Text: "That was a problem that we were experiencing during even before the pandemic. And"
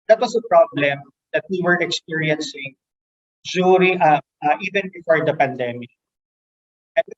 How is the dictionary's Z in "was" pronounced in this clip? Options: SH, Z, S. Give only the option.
S